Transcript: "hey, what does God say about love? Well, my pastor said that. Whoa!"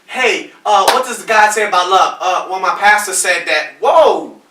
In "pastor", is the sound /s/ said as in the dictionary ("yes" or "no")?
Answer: yes